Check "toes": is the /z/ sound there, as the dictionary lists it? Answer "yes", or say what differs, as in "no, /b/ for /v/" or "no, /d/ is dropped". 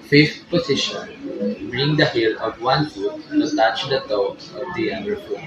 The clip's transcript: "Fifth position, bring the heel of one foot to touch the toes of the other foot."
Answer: no, /z/ is dropped